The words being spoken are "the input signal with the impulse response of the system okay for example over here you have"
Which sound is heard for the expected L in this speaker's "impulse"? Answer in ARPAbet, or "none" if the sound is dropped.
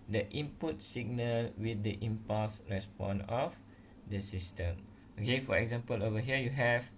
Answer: none